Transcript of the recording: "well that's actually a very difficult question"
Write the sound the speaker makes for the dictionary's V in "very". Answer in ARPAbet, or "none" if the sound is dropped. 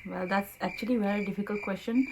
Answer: V